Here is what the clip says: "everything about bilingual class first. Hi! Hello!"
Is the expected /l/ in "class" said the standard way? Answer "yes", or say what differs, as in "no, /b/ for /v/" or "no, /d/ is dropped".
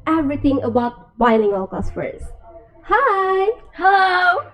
no, /l/ is dropped